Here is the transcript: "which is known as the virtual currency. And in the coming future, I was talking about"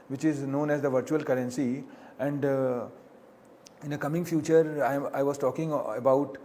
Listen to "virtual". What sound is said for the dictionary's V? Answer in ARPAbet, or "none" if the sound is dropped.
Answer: V